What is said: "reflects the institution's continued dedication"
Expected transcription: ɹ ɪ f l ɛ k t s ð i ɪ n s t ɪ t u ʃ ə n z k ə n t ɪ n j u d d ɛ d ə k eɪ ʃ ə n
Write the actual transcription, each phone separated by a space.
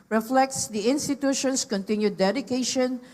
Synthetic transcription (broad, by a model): ɹ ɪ f l ɛ k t s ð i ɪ n s t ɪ t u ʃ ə n s k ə n t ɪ n j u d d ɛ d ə k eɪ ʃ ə n